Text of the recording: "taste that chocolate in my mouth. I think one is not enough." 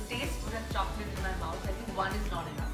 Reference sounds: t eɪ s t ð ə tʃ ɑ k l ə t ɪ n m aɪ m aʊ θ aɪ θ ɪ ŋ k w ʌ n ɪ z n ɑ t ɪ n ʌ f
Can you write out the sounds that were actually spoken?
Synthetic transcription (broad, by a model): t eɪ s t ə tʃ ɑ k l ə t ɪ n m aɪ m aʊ s aɪ t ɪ ŋ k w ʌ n ɪ z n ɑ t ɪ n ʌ